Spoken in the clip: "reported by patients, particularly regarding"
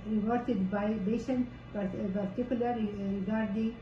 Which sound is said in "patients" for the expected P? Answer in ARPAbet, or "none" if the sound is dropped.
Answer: B